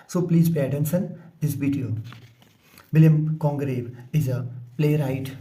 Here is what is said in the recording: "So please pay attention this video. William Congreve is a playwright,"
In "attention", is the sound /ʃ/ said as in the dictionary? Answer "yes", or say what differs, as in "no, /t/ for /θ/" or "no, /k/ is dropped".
no, /s/ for /ʃ/